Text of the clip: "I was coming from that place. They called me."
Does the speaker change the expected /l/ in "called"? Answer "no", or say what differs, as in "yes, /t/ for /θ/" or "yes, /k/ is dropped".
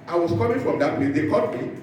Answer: yes, /l/ is dropped